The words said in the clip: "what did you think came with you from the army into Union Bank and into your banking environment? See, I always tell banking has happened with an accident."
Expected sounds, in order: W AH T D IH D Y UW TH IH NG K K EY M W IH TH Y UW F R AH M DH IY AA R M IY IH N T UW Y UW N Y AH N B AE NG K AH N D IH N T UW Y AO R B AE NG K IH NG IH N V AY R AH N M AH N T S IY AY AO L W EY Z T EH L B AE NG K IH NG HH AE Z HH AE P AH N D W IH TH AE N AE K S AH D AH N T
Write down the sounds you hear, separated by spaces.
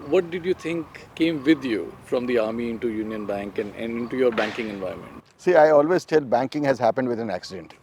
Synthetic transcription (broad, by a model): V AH T D IH D Y UW T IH NG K K EY M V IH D Y UW F R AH M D IY AA R M IY IH N T UW Y UW N Y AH N B AE NG K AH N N IH N T UW Y AO R B AE NG K IH NG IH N V AY AH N M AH N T S IY AY AO L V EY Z T EH L B AE NG K IH NG HH AE Z HH AE P AH N D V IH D AE N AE K S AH D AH N T